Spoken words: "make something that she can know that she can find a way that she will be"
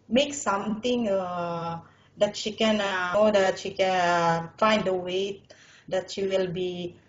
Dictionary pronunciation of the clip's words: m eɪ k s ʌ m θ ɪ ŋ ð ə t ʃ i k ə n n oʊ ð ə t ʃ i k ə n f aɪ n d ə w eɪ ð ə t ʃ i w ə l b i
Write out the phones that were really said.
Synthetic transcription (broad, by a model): m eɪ k s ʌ m t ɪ ŋ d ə t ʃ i k ə n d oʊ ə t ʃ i k ə n f aɪ n d ə w eɪ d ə t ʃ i w ə l b i